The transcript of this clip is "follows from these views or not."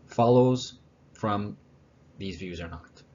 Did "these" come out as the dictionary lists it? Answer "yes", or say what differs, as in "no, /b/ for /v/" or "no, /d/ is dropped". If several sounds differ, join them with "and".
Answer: yes